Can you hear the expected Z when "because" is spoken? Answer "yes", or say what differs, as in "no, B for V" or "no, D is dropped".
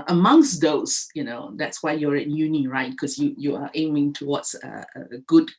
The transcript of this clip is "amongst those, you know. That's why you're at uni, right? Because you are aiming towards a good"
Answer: no, Z is dropped